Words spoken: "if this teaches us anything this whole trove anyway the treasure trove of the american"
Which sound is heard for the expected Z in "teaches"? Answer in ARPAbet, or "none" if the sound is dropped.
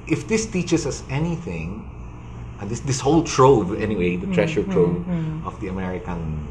S